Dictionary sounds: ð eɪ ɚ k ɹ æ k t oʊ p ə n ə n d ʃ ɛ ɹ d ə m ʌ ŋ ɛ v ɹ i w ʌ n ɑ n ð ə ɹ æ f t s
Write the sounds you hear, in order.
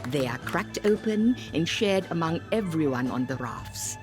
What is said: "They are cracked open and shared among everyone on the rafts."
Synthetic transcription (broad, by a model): ð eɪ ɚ k ɹ æ k t oʊ p ə n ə n ʃ ɛ ɹ d ə m ʌ ŋ ɛ v ɹ i w ʌ n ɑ n ð ə ɹ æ f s